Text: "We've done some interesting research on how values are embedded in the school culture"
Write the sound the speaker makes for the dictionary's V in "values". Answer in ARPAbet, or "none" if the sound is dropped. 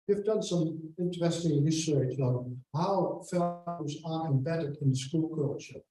F